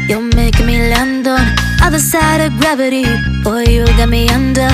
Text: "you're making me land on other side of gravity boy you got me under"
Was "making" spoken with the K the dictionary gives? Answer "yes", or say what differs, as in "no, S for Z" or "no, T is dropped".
no, K is dropped